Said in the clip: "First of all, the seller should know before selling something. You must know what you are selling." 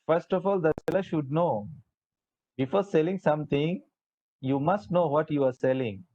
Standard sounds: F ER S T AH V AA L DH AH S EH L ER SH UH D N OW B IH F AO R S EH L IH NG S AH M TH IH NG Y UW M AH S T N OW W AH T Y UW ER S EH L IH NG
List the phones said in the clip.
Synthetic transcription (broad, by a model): F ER S T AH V AA L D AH S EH L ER SH UH D N OW B IH F AO R S EH L IH NG S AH M T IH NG Y UW M AH S T N OW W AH T Y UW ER S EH L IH NG